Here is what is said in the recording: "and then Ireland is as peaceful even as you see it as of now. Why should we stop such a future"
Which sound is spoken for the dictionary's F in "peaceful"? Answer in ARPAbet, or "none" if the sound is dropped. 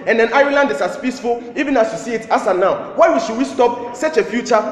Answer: F